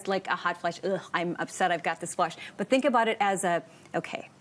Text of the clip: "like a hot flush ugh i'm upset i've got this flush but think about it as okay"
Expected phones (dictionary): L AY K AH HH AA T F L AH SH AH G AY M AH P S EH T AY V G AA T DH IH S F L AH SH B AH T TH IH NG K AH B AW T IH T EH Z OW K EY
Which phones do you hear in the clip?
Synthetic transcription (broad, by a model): L AY K AH HH AA T F L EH SH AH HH AY M AH P S EH T AY V G AA T DH IH S F L AH SH B AH T TH IH NG K AH B AW T IH T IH Z OW K EY